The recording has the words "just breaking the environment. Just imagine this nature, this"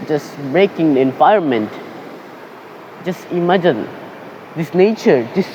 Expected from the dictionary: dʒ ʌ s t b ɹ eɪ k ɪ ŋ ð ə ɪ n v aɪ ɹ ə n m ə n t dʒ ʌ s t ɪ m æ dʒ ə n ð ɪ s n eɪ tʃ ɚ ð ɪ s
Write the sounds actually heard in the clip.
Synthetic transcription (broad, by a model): dʒ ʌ s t b ɹ eɪ k ɪ ŋ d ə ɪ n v aɪ ə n m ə n t dʒ ʌ s t ɪ m æ dʒ ə n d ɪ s n eɪ tʃ ɚ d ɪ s